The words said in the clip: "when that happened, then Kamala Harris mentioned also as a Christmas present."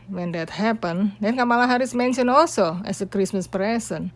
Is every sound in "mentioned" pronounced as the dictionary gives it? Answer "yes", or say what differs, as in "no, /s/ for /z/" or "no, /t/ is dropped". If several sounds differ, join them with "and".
no, /d/ is dropped